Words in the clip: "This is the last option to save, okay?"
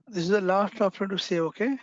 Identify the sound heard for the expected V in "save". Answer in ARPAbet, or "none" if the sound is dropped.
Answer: none